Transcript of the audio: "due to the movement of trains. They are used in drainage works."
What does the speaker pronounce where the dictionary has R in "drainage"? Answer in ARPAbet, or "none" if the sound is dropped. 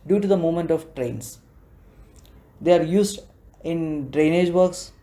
R